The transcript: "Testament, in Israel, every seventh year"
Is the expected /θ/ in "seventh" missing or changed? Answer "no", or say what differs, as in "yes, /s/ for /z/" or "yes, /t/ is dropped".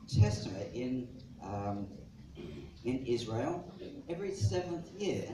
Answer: no